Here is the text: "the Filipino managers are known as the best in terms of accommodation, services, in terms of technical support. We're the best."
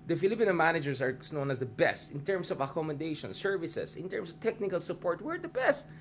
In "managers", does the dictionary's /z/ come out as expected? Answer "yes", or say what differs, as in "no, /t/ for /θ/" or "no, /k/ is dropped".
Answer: no, /s/ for /z/